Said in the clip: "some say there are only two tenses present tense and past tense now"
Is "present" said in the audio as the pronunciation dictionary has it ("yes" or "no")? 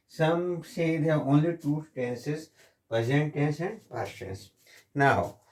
no